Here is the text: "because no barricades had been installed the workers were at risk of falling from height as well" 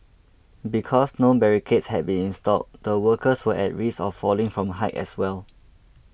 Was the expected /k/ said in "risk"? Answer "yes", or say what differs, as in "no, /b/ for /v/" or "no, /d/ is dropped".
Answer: no, /k/ is dropped